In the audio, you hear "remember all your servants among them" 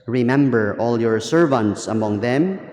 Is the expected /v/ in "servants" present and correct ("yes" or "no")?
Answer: yes